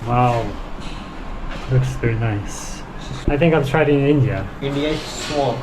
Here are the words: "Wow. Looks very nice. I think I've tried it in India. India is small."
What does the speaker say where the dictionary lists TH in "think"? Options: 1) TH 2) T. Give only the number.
1